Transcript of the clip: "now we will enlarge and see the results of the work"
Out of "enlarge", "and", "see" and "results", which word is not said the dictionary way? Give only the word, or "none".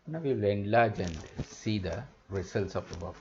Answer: results